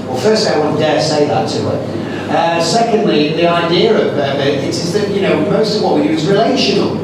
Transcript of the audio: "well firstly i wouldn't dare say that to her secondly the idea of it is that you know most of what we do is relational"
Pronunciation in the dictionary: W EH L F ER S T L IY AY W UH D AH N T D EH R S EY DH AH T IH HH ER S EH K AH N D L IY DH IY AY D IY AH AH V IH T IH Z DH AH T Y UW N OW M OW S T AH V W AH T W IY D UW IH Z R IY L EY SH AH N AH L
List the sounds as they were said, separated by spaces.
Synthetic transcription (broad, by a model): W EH L F ER S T IY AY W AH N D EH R S EY DH AH T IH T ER S EH K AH N D L IY DH IY AY D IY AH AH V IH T IH Z DH AH T Y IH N OW M OW S T AH V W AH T W IY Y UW Z R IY L EY SH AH N L